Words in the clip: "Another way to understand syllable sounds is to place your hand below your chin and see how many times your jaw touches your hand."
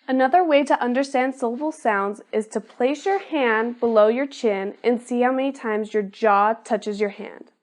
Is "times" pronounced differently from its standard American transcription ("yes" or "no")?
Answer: no